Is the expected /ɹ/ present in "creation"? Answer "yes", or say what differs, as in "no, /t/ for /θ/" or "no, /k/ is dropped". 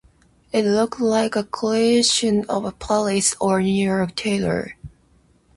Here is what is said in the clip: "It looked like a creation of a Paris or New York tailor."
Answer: no, /ɹ/ is dropped